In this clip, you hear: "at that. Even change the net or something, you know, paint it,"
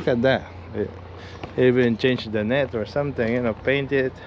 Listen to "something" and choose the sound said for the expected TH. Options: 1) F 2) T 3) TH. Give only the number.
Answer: 2